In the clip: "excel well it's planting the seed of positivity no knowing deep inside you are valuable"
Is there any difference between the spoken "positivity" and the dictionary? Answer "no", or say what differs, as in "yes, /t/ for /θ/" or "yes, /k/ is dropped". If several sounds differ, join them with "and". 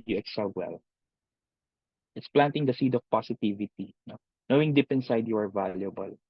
yes, /s/ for /z/